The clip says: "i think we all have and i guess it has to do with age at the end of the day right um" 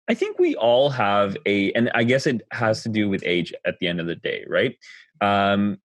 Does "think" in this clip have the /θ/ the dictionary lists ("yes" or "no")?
yes